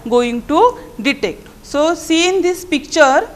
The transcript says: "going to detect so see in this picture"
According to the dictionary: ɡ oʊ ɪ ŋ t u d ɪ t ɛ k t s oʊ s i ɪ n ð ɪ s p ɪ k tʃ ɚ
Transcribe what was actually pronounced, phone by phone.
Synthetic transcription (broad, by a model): ɡ oʊ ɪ ŋ t u d ɪ t ɛ k t s oʊ s i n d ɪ s p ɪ k tʃ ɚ